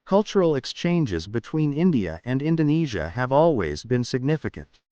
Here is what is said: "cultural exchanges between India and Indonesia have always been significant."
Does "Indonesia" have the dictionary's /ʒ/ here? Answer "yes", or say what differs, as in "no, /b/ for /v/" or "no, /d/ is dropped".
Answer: yes